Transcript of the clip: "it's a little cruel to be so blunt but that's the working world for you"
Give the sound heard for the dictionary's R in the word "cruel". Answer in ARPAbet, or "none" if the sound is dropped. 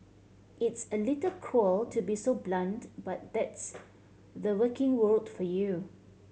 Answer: none